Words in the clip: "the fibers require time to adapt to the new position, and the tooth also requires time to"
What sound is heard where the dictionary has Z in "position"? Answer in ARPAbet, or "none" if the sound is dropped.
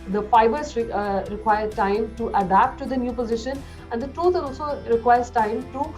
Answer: Z